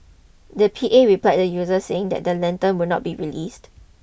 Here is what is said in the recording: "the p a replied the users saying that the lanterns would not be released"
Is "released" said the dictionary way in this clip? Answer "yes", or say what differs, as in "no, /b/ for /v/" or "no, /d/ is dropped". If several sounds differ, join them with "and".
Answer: yes